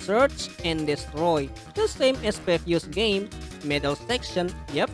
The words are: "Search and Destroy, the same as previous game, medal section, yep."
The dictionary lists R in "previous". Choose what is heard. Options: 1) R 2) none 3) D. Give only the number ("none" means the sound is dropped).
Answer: 2